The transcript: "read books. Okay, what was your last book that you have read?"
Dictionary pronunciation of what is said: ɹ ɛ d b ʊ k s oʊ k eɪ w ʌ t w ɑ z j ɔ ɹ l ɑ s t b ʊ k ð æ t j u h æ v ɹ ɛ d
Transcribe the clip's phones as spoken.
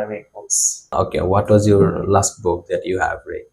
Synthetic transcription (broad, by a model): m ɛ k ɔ s oʊ k eɪ w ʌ t w ɑ z j ɔ ɹ l ɑ s t b ʊ k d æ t j u h æ v ɹ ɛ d